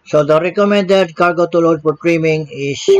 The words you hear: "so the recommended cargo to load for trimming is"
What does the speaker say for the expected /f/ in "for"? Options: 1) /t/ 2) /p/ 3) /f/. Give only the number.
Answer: 2